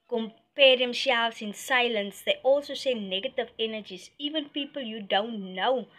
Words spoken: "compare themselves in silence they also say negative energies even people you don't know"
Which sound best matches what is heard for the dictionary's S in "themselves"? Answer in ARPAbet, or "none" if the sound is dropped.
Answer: SH